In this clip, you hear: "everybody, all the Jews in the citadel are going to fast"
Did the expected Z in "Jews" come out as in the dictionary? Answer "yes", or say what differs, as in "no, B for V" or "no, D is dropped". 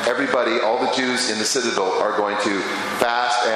yes